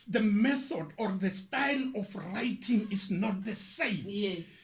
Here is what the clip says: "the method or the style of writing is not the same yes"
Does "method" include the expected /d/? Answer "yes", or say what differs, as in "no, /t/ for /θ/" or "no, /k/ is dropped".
yes